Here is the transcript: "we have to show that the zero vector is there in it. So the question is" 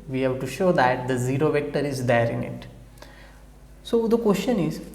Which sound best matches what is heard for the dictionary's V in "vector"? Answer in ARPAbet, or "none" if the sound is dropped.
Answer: V